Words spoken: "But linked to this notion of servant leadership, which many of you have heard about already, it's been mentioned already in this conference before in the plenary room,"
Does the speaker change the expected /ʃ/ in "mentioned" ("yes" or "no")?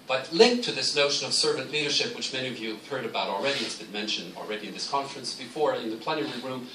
no